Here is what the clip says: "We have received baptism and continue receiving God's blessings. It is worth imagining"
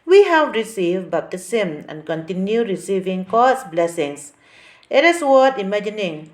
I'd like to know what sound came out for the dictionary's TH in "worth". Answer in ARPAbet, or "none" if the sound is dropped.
T